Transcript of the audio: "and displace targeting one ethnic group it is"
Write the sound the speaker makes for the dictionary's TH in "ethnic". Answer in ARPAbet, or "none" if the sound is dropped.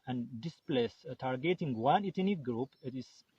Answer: T